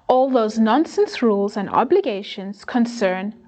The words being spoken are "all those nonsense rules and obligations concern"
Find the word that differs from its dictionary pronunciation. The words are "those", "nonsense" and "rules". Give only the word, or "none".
none